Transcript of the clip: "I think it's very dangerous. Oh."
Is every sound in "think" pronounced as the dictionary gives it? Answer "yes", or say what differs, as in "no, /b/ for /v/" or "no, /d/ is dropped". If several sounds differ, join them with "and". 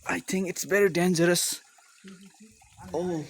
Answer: yes